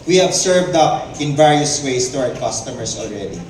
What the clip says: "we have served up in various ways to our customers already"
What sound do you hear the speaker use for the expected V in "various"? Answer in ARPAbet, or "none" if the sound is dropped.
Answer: V